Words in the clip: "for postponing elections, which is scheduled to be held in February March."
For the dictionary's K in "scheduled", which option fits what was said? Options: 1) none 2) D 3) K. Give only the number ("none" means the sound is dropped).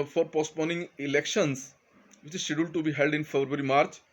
1